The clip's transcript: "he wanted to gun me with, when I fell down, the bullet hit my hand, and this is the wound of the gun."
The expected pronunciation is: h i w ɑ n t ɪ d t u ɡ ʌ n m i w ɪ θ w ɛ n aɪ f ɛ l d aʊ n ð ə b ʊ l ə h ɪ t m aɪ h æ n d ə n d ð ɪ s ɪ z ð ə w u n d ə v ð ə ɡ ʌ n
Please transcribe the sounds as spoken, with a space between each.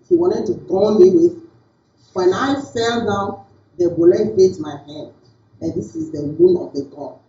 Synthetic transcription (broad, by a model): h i w ɑ n t ɪ d t u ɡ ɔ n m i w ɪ w ɛ n aɪ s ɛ l d aʊ n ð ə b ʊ l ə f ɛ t m aɪ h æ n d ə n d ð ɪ s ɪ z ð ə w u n ə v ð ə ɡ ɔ